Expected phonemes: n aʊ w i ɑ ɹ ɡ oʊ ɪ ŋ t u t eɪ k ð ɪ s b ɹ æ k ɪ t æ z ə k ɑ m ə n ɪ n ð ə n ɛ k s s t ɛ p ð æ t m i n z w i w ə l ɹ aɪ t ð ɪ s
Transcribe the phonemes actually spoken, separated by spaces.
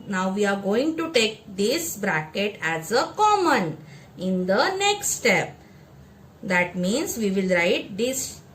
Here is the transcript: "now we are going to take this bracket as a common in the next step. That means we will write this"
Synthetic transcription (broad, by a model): n aʊ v i ɑ ɹ ɡ oʊ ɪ ŋ t u t eɪ k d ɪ s b ɹ æ k ɪ t æ z ə k ɑ m ə n ɪ n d ə n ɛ k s s t ɛ p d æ t m i n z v i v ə l ɹ aɪ t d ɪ s